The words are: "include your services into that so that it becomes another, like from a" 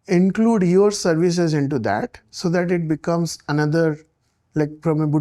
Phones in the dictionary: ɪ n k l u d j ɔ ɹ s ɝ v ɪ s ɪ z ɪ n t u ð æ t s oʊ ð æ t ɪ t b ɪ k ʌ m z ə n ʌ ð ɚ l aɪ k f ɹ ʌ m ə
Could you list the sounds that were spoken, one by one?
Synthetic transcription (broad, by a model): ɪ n k l u d j ɔ ɹ s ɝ v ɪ s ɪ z ɪ n t u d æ t s oʊ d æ t ɪ t b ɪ k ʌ m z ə n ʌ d ɚ l aɪ k p ɹ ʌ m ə